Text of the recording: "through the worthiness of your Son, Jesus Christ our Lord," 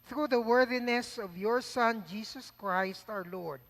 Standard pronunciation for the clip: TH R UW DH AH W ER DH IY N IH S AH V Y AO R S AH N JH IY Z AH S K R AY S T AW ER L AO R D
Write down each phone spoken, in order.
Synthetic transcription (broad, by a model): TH R UW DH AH W ER DH IY N IH S AH V Y AO R S AH N JH IY S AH S K R AY S T AW ER L AO R D